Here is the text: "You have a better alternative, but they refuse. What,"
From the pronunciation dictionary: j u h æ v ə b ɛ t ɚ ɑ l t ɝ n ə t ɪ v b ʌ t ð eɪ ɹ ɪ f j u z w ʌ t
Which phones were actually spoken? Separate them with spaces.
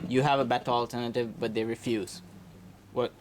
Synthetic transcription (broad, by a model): j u h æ v ə b ɛ t ɚ ɑ l t ɝ n ə t ɪ v b ʌ t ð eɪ ɹ ɪ f j u z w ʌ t